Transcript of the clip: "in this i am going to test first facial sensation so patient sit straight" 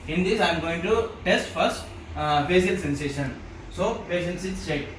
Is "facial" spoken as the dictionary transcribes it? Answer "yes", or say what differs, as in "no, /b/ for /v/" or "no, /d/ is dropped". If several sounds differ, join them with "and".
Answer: no, /s/ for /ʃ/